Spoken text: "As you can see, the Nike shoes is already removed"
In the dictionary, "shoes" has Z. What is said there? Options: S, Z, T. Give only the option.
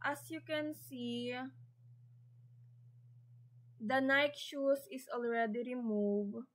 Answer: S